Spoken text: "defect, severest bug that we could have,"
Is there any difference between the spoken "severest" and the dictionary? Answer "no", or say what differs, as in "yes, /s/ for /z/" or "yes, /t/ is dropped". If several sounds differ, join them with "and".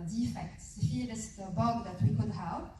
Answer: yes, /f/ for /v/